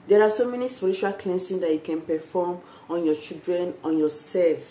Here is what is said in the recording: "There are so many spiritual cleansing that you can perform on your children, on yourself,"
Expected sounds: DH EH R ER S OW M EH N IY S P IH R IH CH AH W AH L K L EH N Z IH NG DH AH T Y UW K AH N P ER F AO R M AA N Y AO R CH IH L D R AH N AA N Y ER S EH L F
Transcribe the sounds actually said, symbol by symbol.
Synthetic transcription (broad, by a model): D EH R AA S OW M EH N IY S P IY R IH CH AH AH L K L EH N S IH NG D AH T Y UW K AH N P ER F AO M AA N Y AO CH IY L D R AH N AA N Y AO S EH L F